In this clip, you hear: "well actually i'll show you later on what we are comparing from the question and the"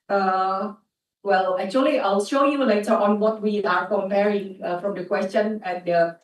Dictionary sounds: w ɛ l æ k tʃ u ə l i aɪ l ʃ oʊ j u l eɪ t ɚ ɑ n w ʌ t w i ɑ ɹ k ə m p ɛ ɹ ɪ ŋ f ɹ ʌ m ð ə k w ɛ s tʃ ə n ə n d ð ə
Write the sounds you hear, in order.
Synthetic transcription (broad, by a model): w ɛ l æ k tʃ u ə l i aɪ l ʃ oʊ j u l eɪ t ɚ ɑ n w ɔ t w i ɑ ɹ k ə m p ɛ ɹ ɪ ŋ f ɹ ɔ m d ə k w ɛ s tʃ ə n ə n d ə